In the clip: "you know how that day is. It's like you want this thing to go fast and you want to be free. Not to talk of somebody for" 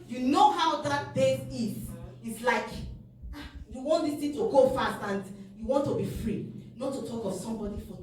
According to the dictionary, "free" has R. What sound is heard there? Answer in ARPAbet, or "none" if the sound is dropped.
R